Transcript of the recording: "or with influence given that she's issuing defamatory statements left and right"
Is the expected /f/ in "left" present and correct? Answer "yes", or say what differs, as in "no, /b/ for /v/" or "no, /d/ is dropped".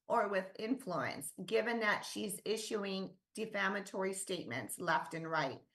yes